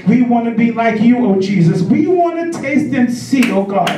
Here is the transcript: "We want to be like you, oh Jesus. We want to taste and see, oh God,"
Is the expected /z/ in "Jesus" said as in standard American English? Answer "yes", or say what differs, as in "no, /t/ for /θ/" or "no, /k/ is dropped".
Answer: yes